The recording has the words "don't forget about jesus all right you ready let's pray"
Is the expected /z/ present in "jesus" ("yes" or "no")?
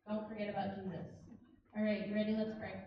yes